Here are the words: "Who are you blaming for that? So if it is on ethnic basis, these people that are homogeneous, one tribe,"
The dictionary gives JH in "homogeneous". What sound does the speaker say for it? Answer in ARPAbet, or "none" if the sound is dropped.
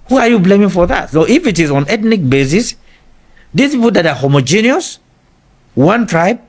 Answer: JH